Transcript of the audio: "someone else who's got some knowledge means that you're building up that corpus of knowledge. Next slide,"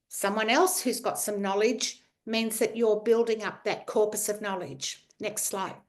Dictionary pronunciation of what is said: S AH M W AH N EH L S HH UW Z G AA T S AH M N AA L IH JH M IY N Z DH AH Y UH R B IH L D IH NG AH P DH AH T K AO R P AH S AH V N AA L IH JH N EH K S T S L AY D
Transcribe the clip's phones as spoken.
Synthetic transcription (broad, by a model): S AH M W AH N EH L S HH UW Z G AA T S AH M N AA L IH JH M IY N Z DH AH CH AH R B IH L D IH NG AH P DH AH T K AO R P AH S AH V N AA L IH JH N EH K S T S L AY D